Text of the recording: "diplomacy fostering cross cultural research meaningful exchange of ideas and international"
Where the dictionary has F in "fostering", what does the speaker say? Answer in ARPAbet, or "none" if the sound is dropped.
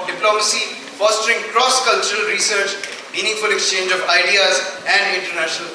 F